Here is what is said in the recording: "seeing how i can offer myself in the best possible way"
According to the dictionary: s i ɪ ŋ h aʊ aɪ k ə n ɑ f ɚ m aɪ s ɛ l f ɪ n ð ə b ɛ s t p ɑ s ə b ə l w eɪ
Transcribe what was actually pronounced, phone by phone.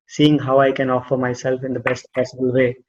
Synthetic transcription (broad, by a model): s i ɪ ŋ h aʊ aɪ k ə n ɑ f ɚ m aɪ s ɛ l f ɪ n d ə b ɛ s t p ɑ s ə b ə l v eɪ